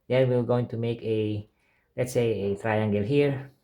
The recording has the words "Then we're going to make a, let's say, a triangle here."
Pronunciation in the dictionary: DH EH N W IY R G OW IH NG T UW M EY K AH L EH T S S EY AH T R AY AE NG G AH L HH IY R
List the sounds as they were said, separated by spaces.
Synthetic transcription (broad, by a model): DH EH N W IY W G OW IH NG T UW M EY K AH L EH T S S EY AH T R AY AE NG G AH L HH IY R